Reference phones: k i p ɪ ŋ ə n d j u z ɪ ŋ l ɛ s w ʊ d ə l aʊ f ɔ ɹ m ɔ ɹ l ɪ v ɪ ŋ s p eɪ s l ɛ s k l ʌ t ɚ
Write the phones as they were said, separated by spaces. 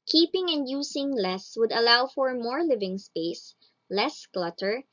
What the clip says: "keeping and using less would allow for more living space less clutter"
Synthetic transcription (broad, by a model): k i p ɪ ŋ ə n d j u s ɪ ŋ l ɛ s w ʊ d ə l aʊ f ɔ ɹ m ɔ ɹ l ɪ v ɪ ŋ s p eɪ s l ɛ s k l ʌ t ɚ